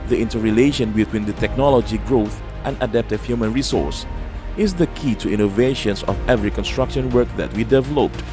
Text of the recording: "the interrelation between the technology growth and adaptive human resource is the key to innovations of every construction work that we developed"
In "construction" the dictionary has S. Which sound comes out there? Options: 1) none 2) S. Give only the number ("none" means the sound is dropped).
2